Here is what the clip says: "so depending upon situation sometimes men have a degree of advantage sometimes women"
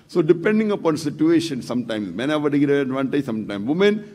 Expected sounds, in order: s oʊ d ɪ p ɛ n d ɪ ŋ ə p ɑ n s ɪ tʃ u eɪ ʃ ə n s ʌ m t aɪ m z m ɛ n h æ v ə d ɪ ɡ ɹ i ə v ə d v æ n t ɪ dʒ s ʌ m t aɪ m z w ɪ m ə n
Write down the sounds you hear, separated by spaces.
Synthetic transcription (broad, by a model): s oʊ d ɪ p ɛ n d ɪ ŋ ə p ɑ n s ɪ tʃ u eɪ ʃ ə n s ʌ m t aɪ m s m ɛ n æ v ə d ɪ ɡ i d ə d v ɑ n t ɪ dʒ s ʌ m t aɪ m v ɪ m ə n